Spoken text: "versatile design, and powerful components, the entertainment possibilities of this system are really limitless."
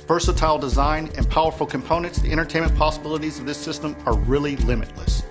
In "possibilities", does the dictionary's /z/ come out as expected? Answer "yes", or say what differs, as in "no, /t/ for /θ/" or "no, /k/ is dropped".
yes